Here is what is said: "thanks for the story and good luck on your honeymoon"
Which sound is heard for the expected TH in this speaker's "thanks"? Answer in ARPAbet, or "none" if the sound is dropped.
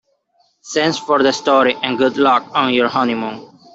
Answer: S